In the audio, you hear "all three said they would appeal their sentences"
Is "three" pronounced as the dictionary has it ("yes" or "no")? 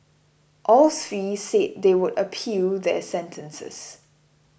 no